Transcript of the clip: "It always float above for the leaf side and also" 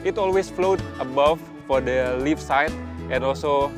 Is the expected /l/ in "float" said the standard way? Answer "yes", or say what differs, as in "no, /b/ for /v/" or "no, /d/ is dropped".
yes